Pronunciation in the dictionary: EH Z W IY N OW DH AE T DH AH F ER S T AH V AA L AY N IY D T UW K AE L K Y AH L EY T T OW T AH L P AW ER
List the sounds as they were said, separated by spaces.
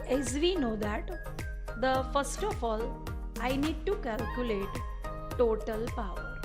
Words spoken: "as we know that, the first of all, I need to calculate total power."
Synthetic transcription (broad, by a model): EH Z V IY N OW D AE T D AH F ER S T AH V AA L AY N IY D T UW K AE L K Y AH L EY T T OW T AH L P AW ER